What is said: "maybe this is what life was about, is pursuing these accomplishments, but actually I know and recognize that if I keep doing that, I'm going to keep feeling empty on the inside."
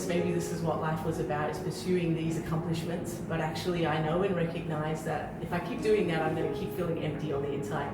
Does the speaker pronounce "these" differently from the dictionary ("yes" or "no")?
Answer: no